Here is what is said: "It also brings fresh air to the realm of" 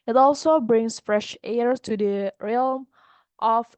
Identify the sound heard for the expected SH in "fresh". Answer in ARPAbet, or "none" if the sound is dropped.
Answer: SH